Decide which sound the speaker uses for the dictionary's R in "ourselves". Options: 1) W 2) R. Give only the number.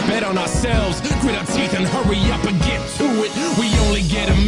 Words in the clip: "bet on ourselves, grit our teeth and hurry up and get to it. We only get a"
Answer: 2